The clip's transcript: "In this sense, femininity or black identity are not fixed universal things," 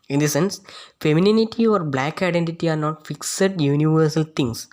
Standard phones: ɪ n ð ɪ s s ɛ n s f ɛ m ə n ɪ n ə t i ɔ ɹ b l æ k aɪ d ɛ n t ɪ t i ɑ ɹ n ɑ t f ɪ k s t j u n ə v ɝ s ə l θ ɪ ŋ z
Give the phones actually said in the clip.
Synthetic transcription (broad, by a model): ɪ n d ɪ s s ɛ n s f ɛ m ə n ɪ n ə t i ɔ ɹ b l æ k aɪ d ɛ n t ɪ t i ɑ ɹ n ɑ t f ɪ k s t j u n ə v ɝ s ə l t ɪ ŋ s